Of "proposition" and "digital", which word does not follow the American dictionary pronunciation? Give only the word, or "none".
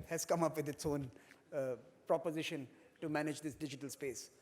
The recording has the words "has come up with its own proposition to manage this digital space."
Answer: none